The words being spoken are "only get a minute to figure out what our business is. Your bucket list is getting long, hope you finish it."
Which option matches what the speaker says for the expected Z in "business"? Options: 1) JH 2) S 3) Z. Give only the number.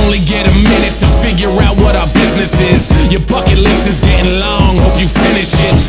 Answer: 3